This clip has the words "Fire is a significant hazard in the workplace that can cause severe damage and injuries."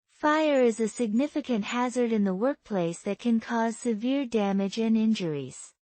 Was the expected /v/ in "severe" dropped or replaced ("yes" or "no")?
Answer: no